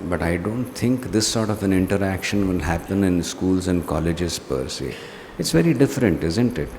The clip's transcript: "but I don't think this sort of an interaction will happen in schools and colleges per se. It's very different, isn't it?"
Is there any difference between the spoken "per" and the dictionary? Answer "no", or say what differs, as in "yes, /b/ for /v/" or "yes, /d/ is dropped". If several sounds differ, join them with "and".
no